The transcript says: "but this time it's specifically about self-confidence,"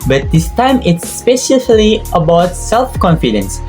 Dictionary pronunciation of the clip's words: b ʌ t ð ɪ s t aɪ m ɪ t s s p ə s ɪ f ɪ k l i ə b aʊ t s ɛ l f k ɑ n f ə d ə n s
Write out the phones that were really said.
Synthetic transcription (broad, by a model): b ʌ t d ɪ s t aɪ m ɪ t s s p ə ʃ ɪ l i ə b aʊ t s ɛ l f k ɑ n f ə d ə n s